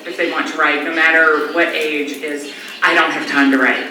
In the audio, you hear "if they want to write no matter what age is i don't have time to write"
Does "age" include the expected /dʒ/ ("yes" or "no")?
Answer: yes